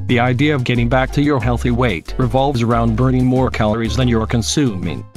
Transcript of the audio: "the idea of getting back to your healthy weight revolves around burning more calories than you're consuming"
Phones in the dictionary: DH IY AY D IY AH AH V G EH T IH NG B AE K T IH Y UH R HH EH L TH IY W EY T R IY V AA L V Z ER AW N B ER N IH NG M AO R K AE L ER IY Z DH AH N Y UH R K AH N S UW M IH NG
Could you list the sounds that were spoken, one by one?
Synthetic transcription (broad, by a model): DH IY AY D IY AH AH V G EH T IH NG B AE K T IH Y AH R HH EH L TH IY W EY T R IY V AA L V Z ER AW N B ER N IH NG M AO R K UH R IY Z DH AH N Y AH R K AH N S UW M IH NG